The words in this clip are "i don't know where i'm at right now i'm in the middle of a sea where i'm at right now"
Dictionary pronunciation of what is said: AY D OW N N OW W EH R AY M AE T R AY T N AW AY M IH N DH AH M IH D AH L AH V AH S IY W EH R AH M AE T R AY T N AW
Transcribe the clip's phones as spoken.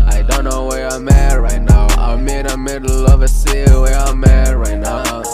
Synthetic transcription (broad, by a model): AY D OW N N OW W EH R AY M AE R AY T N AW AY M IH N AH M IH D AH L AH V AH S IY W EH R AH M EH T R AY T N AW